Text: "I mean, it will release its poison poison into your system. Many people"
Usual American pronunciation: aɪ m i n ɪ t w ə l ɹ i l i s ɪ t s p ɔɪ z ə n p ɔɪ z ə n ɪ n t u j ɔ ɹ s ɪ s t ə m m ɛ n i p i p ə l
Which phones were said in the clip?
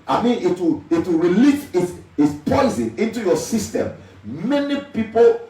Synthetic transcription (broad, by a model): aɪ m i n ɪ t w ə w ɹ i l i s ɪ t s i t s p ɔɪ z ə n ɪ n t u j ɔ s ɪ s t ə m m ɛ n i p i p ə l